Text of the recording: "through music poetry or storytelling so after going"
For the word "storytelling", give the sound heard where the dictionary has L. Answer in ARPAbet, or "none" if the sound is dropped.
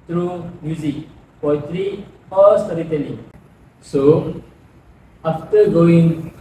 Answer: N